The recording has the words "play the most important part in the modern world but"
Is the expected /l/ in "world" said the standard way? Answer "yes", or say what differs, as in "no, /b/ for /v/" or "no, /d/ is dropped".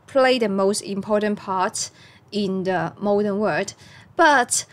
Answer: no, /l/ is dropped